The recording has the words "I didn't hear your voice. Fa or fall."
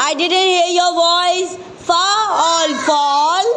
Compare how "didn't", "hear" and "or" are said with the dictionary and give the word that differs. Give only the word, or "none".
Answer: or